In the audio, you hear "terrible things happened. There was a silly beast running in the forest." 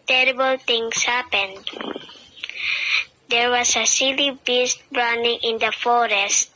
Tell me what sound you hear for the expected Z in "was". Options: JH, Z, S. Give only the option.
S